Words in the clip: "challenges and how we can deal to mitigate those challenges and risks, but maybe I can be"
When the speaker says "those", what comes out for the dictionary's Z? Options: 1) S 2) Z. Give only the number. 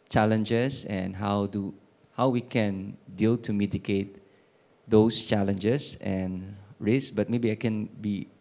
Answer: 1